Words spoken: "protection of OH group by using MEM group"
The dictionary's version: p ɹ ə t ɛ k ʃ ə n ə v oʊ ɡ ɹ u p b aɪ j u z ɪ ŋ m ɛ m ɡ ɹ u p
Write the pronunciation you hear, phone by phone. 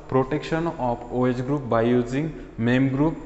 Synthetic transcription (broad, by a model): p ɹ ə t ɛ k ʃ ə n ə p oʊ ɡ ɹ u p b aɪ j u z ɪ ŋ m ɛ m ɡ ɹ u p